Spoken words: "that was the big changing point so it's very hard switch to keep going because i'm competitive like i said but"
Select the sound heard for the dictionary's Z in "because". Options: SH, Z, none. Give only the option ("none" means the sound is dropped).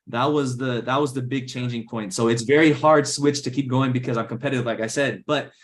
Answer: Z